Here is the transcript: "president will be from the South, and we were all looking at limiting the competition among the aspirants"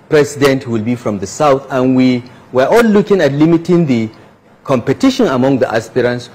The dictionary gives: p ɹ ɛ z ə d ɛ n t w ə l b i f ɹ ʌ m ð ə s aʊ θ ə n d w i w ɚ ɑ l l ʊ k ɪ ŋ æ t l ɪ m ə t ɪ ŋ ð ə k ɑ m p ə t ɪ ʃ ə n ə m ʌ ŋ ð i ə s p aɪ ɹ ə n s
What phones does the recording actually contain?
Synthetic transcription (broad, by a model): p ɹ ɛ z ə d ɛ n t w ə l b i f ɹ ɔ m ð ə s aʊ θ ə n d w i w ɚ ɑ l l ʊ k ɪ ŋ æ t l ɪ m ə t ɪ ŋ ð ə k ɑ m p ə t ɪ ʃ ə n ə m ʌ ŋ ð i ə s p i ɹ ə n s